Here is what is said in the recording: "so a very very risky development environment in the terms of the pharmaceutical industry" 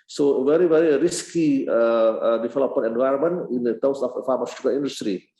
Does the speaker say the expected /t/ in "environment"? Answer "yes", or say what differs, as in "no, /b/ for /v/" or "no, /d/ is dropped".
no, /t/ is dropped